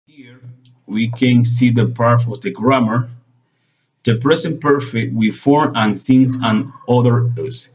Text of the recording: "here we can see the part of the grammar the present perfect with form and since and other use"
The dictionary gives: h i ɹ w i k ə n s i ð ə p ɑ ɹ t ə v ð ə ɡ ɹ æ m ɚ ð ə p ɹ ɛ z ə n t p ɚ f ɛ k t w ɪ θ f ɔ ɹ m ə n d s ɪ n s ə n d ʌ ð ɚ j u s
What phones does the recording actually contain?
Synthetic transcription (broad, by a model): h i ɹ w i k ə n s i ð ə p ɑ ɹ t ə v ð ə ɡ ɹ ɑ m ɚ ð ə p ɹ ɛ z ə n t p ɚ f ɛ k t w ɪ f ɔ ɹ ə n s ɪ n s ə n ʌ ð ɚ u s